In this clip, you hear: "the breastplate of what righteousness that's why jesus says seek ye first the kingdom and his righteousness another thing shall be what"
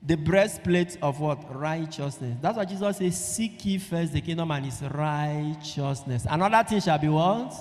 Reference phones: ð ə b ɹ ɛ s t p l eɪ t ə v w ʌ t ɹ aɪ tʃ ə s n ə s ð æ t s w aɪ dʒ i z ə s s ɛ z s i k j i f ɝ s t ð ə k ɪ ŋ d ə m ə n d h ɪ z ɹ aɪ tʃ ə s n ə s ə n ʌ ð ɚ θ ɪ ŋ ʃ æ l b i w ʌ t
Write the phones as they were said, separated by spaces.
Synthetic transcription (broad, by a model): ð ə b ɹ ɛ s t p l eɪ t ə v w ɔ t ɹ aɪ tʃ ə s n ə s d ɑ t s w aɪ dʒ i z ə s s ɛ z s i k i f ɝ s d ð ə k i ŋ d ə m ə n h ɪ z ɹ aɪ tʃ ə s n ə s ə n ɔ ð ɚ t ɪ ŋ ʃ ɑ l b i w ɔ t